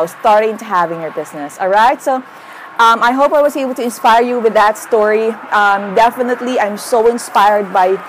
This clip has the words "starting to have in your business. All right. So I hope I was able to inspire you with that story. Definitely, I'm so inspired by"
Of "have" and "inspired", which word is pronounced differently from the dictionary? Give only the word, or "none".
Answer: none